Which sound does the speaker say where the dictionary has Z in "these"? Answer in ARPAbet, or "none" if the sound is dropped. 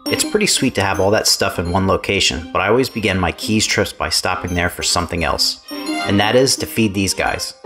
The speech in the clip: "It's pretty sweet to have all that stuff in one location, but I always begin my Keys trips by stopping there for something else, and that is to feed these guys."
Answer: Z